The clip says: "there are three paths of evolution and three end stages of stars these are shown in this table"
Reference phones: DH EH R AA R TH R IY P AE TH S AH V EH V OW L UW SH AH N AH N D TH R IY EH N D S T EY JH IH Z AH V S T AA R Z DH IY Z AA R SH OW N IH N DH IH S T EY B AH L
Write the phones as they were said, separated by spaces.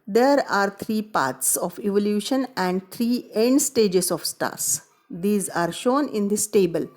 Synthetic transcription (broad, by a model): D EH R AA R T R IY P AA T S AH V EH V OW L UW SH AH N AH N D T R IY EH N D S T EY JH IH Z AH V S T AA R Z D IY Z AA R SH OW N IH N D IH S T EY B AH L